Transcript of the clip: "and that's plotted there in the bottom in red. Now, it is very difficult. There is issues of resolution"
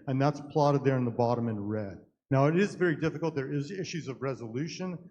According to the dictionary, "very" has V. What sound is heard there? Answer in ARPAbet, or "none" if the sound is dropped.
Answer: V